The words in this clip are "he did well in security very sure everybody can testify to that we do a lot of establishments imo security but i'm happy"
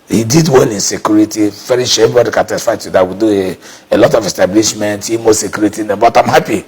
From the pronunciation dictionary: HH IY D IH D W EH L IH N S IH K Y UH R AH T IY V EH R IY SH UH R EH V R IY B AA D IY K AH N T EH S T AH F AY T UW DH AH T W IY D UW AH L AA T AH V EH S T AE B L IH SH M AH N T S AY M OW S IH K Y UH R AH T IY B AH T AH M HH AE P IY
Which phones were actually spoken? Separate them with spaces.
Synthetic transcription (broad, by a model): HH IY D IH D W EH N IH N S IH K Y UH R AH T IY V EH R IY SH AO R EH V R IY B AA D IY K AH N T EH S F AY T UW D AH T W IY D UW AH L AA T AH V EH S T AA B L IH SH M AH N T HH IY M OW S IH K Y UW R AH T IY B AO T AH M HH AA P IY